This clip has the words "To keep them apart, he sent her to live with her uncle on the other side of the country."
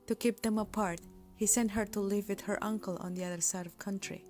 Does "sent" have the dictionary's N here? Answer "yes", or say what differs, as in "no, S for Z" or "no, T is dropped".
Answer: yes